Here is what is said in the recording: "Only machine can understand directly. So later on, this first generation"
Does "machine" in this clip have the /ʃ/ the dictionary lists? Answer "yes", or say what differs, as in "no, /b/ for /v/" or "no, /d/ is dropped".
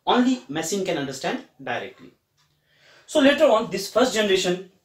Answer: no, /s/ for /ʃ/